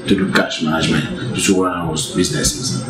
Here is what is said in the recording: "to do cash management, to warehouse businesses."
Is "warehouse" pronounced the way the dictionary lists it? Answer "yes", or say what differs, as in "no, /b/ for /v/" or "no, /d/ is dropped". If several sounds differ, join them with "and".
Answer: no, /w/ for /ɹ/